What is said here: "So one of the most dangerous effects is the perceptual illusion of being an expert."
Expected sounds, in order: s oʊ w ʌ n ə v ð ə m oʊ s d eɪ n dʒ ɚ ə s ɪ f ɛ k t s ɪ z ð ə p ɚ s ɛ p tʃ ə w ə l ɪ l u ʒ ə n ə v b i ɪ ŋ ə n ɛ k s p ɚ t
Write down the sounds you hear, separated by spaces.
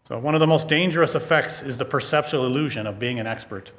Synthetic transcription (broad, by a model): s oʊ w ʌ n ə v ð ə m oʊ s d eɪ n dʒ ɚ ə s ɪ f ɛ k t s ɪ z ð ə p ɚ s ɛ p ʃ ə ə l ɪ l u ʒ ə n ə v b i ɪ ŋ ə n ɛ k s p ɚ t